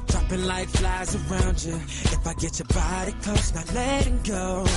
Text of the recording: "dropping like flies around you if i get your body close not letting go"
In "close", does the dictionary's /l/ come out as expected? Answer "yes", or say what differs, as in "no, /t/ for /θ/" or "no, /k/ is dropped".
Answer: no, /l/ is dropped